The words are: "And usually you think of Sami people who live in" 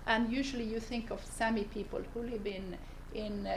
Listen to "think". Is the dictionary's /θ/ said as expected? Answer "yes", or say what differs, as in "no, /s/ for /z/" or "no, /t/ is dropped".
yes